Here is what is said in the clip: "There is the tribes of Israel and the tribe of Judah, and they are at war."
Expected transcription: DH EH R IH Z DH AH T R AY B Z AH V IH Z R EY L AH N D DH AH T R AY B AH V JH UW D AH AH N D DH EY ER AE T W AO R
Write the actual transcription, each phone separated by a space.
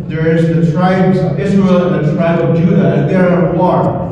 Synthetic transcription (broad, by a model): DH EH R IH Z DH AH T R AY B Z AH V IH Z R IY L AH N DH AH T R AY B AH V JH UW D AH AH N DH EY ER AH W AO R